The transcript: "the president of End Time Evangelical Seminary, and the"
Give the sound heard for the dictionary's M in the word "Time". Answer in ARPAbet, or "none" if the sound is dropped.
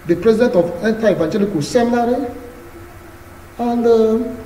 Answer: none